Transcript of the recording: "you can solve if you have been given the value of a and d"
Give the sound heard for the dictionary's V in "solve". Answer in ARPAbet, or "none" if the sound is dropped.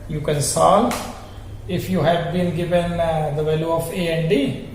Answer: none